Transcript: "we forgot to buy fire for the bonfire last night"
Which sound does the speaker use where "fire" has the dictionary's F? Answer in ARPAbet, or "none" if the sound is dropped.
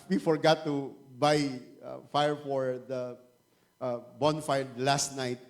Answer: F